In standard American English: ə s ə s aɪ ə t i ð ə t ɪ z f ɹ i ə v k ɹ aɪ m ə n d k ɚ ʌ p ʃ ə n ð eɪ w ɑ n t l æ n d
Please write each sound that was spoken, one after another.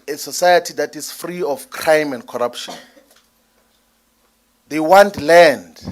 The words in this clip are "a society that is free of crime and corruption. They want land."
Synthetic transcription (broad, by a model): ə s ə s aɪ ə t i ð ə t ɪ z f ɹ i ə f k ɹ aɪ m ə n d k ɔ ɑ p ʃ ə n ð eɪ w ɑ n t l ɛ n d